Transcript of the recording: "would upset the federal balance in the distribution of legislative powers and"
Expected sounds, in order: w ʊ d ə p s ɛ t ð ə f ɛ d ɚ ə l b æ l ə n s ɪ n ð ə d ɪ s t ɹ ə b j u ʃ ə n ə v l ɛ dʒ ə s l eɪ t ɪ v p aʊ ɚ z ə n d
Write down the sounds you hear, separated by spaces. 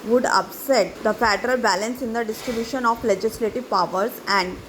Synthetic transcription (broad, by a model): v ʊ d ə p s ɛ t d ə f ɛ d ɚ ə l b æ l ə n s ɪ n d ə d ɪ s t ɹ ə b j u ʃ ə n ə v l ɛ dʒ ə s l eɪ t ɪ v p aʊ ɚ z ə n d